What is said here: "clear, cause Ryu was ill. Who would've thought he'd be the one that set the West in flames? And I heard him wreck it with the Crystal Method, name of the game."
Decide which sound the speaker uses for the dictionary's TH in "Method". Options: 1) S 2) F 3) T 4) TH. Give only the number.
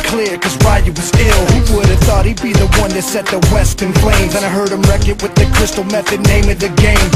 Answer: 4